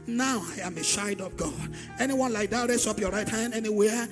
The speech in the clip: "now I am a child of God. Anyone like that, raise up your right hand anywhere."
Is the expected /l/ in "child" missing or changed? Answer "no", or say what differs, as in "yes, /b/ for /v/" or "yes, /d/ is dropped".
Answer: yes, /l/ is dropped